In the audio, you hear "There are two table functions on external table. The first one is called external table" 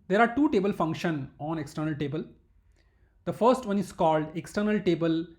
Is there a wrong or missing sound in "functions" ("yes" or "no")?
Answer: yes